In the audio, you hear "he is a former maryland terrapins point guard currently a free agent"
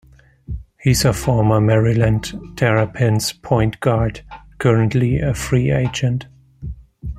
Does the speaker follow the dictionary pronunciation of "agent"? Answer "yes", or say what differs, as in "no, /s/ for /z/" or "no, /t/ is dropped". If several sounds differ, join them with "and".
yes